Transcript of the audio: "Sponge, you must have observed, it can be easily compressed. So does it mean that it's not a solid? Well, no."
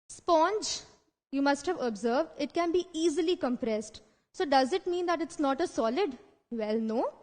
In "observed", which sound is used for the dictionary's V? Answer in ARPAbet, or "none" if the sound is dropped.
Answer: V